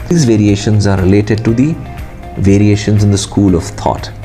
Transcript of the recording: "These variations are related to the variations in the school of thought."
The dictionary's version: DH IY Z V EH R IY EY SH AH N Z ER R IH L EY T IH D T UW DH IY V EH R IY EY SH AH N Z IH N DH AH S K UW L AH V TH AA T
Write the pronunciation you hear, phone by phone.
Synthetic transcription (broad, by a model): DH IY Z V EH R IY EY SH AH N Z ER R IH L EY T IH D T UW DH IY V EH R IY EY SH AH N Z IH N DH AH S K UW L AH V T AA T